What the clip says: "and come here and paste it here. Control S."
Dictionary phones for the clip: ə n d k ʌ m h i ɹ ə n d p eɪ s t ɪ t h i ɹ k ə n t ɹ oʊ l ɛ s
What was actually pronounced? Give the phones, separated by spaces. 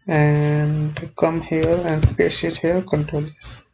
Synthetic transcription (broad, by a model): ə n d k ʌ m h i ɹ ə n d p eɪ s ɪ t h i l k ə n t ɹ oʊ l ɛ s